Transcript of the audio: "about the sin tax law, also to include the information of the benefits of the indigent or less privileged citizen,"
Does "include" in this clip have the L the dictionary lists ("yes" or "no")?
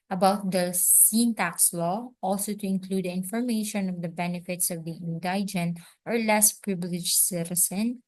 yes